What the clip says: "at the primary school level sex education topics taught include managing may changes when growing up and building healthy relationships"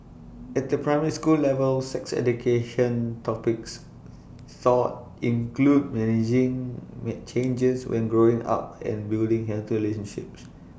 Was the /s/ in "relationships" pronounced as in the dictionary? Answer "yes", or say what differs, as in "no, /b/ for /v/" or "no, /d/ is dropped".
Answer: yes